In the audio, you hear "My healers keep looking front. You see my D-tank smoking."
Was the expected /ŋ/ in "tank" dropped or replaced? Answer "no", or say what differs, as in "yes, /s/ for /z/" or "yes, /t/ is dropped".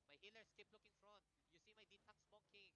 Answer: yes, /ŋ/ is dropped